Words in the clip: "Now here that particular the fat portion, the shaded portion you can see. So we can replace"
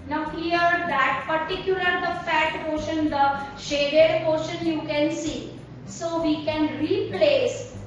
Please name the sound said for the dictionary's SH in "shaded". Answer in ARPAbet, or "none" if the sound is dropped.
SH